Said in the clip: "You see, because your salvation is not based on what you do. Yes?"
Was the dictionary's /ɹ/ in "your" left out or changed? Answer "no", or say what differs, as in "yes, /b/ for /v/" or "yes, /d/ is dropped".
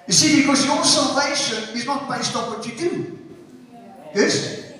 yes, /l/ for /ɹ/